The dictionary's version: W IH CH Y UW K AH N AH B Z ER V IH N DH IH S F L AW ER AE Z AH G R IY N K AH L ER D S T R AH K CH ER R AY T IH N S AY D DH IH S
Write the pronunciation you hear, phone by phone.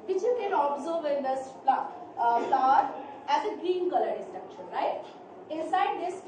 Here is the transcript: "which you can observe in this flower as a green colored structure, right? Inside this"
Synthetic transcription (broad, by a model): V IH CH Y UW K AH N AH B Z ER V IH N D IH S P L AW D AE Z AH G R IY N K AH L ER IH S T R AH K SH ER R AY T IH N S AY D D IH S